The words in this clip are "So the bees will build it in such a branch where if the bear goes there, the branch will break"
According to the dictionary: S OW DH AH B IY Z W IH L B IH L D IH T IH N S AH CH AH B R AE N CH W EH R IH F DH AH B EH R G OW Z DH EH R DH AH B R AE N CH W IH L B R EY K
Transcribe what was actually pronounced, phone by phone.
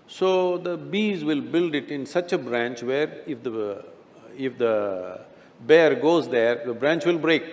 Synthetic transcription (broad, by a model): S OW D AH B IY Z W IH L B IH L D IH T IH N S AH CH AH B R AE N CH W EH R IH F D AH B EH R G OW Z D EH R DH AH B R AE N CH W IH L B R EY K